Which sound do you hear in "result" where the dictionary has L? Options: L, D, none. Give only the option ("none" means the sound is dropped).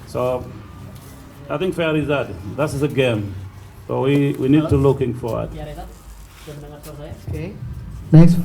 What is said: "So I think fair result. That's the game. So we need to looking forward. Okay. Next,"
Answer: none